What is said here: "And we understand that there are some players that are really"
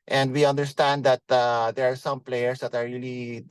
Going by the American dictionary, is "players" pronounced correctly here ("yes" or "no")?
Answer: no